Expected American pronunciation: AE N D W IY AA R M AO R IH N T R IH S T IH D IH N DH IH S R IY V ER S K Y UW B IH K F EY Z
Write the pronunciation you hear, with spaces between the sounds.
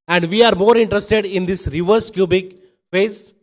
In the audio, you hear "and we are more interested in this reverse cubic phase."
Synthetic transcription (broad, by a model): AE N D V IY AA R M AO R IH N T R IH S T IH D IH N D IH S R IY V ER S K Y UW B IH K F EY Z